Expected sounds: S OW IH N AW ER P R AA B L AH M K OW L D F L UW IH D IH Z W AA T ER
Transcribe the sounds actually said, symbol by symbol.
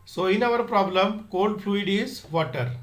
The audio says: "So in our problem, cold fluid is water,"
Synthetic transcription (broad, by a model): S OW IH N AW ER P R AA B L AH M K OW N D F L UW IH D IH Z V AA T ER